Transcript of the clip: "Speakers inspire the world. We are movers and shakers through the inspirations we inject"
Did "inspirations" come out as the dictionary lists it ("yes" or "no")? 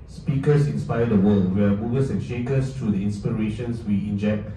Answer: no